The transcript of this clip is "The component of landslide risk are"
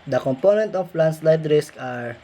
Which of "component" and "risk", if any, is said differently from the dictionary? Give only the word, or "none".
none